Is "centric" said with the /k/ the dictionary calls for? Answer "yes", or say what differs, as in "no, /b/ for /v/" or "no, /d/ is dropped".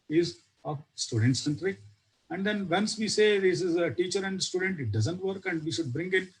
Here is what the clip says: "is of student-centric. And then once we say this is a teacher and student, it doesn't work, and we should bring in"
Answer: no, /k/ is dropped